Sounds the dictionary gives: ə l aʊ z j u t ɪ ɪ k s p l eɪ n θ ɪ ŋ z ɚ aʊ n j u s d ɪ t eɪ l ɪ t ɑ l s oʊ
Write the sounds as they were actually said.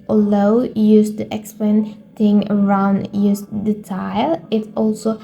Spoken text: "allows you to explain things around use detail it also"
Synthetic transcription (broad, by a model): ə l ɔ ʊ j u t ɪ ɪ k s p l eɪ n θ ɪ ŋ ɚ aʊ n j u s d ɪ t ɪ l ɪ t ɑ l s oʊ